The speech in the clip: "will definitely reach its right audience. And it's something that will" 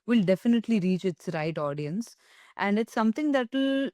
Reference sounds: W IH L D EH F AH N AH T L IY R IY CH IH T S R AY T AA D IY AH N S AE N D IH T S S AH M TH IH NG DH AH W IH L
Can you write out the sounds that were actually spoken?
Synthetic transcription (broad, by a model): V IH L D EH F AH N AH T L IY R IY CH IH T S R AY T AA D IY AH N S AE N D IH T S S AH M T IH NG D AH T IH L